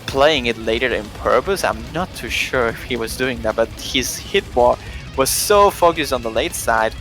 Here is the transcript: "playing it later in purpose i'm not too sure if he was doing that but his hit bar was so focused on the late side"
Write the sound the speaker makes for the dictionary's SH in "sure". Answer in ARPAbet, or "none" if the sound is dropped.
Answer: SH